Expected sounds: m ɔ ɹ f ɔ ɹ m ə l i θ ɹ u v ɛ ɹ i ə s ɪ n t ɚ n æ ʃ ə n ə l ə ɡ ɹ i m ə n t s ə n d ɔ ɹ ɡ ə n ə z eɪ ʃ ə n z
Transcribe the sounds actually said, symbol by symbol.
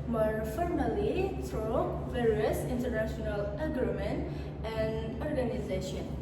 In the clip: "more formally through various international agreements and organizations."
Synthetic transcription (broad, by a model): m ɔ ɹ f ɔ ɹ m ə l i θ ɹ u v ɛ ɹ i ə s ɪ n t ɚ n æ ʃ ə n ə l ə ɡ ɹ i m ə n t ə n d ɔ ɹ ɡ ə n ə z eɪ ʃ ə n